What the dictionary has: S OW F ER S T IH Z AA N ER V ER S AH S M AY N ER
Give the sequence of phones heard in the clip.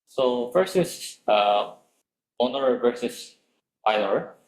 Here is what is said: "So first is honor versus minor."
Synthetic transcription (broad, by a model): S OW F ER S IH S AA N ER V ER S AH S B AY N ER